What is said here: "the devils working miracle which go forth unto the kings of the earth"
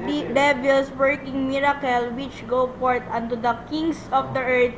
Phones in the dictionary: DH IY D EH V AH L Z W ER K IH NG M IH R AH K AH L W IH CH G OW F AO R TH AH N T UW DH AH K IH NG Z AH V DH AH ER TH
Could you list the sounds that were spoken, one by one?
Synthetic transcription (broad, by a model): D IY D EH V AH L S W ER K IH NG M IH R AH K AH L W IH CH G OW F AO R T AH N T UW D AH K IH NG S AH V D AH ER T